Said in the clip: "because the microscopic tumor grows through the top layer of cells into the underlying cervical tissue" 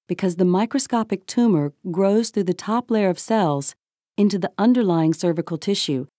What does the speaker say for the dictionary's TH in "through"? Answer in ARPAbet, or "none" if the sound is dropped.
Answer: TH